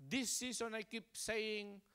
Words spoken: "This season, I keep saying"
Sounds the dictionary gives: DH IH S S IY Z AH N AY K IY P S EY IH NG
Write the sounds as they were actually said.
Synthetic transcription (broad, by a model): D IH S S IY S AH N AY K IY P S EY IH NG